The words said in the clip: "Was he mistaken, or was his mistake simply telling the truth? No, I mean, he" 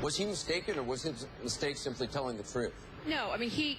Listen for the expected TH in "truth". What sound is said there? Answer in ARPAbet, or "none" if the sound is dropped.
TH